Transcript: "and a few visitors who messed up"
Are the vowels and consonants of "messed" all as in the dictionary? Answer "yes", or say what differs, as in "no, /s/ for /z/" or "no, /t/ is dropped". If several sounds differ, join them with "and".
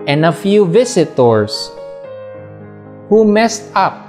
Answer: yes